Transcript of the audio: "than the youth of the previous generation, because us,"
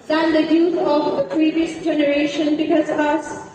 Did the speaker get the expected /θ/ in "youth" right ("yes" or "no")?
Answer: no